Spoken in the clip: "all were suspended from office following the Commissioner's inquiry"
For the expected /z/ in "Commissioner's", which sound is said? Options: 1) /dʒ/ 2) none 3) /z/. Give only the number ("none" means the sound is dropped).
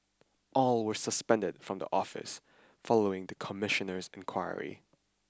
3